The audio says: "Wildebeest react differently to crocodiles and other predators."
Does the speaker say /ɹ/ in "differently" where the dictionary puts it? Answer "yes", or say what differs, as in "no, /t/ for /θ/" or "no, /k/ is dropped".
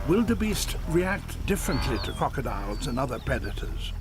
yes